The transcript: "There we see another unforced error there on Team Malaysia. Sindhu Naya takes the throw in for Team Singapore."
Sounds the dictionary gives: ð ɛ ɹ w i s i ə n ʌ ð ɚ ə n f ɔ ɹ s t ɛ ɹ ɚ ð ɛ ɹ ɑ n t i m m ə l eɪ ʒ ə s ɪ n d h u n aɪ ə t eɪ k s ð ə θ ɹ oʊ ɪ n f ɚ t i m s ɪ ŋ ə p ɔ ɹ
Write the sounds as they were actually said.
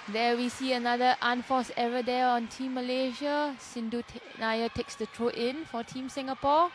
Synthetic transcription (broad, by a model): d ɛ w i s i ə n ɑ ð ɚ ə n f ɔ s ɛ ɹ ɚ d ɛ ɑ n t i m m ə l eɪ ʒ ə s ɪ n d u n aɪ ə t eɪ k s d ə t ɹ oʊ ɪ n f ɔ t i m s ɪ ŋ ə p ɔ